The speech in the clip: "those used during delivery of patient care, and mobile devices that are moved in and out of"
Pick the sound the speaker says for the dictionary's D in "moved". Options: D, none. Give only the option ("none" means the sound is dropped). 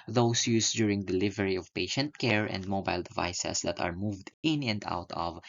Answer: D